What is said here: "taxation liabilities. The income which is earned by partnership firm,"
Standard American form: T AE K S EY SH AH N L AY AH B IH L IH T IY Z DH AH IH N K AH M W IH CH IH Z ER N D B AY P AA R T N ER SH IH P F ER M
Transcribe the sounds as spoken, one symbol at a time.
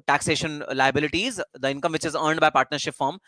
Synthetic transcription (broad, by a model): T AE K S EY SH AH N L AY AH B IH L IH T IY Z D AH IH N K AH M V IH CH IH Z ER N D B AY P AA R T N ER SH IH P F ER M